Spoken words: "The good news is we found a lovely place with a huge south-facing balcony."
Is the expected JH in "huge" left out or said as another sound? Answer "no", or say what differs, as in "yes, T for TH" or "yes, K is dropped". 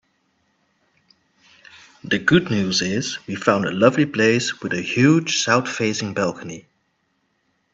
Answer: yes, ZH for JH